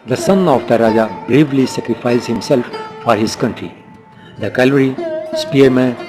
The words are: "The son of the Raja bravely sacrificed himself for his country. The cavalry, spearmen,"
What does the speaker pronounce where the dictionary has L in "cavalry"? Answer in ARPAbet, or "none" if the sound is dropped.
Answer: none